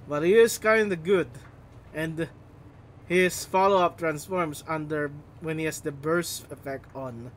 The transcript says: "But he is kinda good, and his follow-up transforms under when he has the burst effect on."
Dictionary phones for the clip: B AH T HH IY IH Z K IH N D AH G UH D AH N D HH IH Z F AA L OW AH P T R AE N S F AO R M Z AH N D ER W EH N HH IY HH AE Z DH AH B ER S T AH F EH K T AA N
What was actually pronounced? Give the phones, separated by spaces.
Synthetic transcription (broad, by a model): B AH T HH IY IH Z K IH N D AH G UH D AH N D HH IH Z F AA L OW AH P T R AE N S F AO R M S AH N D ER W EH N HH IY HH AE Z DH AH B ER S AH F EH K T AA N